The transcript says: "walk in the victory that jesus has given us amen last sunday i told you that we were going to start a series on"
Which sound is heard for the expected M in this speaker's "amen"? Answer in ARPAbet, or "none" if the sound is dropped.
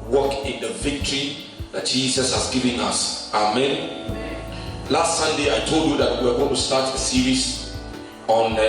M